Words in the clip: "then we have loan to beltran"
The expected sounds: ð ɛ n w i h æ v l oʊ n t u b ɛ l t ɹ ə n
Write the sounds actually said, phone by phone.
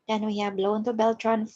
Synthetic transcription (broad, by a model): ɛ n w i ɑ b l oʊ n t u b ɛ l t ɹ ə n